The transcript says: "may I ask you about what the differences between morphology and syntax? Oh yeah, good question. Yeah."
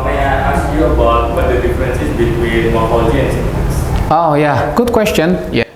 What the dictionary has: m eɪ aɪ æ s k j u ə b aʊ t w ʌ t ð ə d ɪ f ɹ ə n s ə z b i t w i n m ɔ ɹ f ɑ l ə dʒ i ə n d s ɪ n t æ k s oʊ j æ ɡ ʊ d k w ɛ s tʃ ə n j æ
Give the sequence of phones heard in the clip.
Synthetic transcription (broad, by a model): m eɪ aɪ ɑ s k j u ə b aʊ t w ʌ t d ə d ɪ f ɹ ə n s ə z b i t w i n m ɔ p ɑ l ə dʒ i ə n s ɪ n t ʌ s oʊ j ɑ ɡ ʊ d k w ɛ s tʃ ə n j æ